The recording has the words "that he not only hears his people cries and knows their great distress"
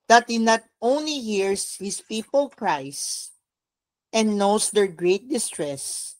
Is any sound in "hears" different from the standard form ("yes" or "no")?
yes